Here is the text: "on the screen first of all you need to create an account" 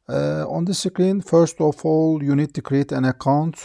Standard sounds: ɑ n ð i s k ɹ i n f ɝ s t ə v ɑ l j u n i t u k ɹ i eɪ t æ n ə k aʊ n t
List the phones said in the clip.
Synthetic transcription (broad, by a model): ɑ n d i s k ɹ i n f ɝ s t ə f ɑ l j u n i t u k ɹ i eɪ t æ n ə k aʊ n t